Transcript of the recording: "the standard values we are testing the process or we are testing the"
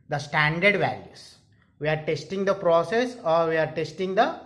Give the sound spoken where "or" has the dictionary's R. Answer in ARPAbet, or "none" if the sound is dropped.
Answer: R